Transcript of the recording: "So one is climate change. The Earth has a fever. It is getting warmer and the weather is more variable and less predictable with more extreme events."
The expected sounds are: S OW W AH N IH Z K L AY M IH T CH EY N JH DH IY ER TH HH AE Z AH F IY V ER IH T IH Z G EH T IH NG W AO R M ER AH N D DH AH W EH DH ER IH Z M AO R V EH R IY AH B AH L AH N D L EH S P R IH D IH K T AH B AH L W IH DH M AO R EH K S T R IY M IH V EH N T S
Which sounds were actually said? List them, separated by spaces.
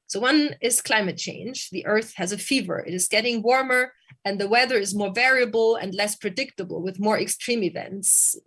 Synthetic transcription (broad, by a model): S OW W AH N IH Z K L AY M IH T CH EY N JH DH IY ER TH HH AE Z AH F IY V ER IH T IH Z G EH T IH NG W AO R M ER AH N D DH AH W EH DH ER IH Z M AO R V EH R IY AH B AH L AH N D L EH S P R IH D IH K T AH B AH L W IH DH M AO R EH K S T R IY M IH V EH N T S